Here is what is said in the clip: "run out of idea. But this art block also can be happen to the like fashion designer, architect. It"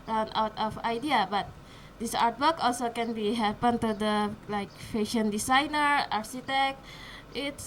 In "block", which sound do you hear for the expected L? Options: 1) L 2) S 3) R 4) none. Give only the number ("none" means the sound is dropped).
4